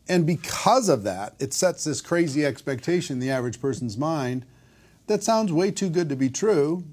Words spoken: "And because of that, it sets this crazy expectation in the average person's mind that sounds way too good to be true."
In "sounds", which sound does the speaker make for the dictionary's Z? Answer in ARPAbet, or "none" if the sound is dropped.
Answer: Z